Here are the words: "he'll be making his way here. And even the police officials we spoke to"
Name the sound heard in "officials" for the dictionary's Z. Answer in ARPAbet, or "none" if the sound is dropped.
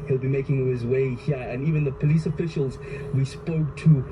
Z